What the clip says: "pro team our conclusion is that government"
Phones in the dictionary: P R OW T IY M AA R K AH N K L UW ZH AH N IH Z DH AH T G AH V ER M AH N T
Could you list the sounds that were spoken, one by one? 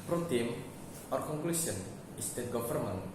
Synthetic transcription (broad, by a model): P R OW T IY M AA R K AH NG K L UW S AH N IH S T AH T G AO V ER M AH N